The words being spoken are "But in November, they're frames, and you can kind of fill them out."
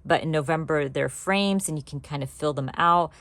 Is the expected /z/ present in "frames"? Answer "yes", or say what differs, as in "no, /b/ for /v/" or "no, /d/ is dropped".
yes